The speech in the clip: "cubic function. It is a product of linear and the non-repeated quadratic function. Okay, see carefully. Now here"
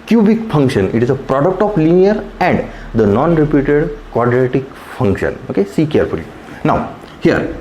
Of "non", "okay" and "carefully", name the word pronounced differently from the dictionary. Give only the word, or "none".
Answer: none